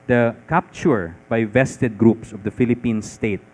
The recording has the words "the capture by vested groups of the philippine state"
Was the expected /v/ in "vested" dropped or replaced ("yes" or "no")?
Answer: no